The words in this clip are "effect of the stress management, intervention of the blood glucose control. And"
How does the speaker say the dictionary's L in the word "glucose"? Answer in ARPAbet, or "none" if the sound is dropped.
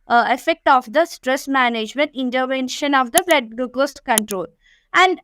none